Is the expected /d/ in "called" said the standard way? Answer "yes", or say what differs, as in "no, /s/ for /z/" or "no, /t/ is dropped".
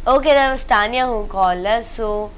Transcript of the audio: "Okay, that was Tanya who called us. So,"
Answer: no, /d/ is dropped